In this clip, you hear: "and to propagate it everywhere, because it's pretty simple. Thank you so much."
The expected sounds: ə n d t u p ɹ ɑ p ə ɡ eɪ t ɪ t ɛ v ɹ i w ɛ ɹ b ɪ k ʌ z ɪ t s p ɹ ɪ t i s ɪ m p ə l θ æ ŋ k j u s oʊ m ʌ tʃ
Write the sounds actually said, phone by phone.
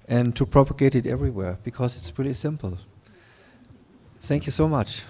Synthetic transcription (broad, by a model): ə n t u p ɹ ɑ p ə ɡ eɪ t ɪ t ɛ v ɹ i w ɛ ɹ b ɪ k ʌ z ɪ t s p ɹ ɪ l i s ɪ m p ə l θ æ ŋ k j u s oʊ m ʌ tʃ